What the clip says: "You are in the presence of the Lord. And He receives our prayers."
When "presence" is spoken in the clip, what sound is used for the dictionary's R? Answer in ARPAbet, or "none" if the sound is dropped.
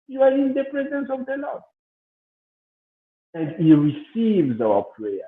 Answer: R